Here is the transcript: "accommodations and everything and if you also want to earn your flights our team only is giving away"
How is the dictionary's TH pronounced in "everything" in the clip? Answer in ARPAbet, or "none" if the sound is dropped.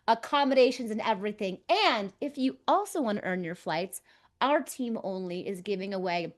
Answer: TH